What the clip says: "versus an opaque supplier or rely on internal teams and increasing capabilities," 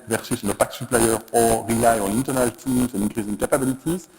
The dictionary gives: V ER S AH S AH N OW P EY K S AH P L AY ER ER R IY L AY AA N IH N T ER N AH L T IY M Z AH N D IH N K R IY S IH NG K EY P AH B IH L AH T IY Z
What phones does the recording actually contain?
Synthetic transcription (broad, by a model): V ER S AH S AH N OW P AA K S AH P L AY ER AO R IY AY AA N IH N T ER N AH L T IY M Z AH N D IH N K IY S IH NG K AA P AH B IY L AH T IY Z